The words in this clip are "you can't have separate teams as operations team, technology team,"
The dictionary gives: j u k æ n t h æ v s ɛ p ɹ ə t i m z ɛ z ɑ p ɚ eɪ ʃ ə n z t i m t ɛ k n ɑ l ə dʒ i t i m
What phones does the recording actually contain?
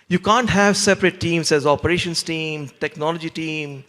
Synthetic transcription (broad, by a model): j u k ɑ n t h æ v s ɛ p ɹ ə t i m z ɛ z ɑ p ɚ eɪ ʃ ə n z t i m t ɛ k n ɑ l ə dʒ i t i m